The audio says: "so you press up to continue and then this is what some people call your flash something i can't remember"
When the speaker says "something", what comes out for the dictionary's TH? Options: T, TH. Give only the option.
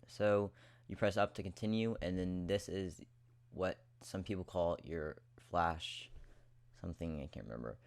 TH